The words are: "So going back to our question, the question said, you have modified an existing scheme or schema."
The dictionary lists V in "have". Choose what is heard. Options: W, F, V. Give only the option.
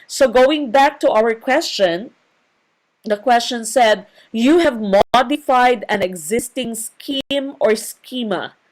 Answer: V